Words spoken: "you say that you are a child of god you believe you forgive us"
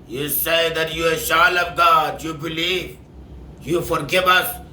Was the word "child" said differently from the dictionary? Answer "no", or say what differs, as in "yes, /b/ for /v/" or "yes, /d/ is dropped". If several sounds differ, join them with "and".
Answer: yes, /ʃ/ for /tʃ/ and /d/ is dropped